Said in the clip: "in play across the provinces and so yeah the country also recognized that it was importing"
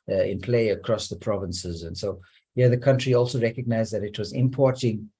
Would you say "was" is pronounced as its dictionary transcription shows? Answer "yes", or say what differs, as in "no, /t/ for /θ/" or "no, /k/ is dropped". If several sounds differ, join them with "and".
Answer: yes